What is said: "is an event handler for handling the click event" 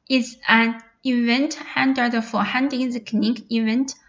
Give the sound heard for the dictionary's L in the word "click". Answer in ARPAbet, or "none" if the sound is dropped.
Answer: N